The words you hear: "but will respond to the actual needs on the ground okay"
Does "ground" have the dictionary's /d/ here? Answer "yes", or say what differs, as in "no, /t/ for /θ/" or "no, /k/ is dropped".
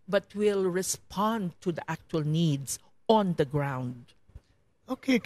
yes